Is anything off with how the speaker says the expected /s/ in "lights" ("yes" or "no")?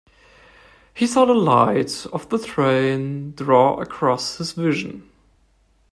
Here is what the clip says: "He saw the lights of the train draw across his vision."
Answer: yes